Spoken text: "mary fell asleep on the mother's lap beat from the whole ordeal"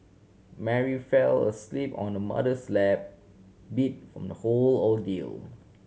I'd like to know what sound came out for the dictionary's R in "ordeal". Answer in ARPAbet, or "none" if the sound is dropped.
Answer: L